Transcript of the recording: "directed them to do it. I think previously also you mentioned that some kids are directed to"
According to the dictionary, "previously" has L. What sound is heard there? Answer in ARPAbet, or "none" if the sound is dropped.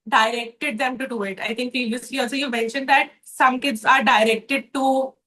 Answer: none